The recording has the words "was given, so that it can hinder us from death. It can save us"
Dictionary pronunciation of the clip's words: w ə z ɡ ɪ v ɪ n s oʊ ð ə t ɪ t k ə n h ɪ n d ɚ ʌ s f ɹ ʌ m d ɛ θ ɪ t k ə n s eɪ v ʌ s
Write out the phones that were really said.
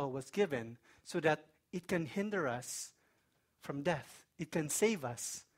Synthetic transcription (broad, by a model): w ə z ɡ ɪ v ɪ n s oʊ ð ə t ɪ t k ə n h ɪ n d ɚ ʌ s f ɹ ʌ m d ɛ θ ɪ t k ə n s eɪ v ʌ s